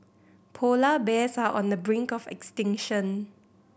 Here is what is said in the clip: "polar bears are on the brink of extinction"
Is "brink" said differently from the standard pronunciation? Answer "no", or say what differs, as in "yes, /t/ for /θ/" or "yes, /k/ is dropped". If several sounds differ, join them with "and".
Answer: no